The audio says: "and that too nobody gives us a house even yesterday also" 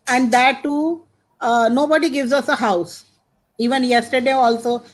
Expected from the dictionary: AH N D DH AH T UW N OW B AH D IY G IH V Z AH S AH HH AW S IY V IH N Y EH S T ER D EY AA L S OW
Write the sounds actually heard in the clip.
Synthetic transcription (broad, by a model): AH N D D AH T UW N OW B AH D IY G IH V Z AH S AH HH AW S IY V IH N Y EH S T ER D EY AA L S OW